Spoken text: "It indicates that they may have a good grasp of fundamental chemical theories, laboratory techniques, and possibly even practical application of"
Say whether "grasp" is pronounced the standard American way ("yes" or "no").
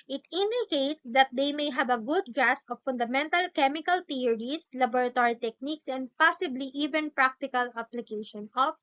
no